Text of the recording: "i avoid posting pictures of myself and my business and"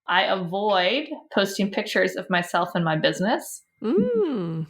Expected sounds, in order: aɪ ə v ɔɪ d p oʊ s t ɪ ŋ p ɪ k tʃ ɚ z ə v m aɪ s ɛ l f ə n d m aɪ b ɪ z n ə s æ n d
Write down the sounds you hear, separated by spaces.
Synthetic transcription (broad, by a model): aɪ ə v ɔɪ d p oʊ s t ɪ ŋ p ɪ k tʃ ɚ z ə v m aɪ s ɛ l f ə n m aɪ b ɪ z n ə s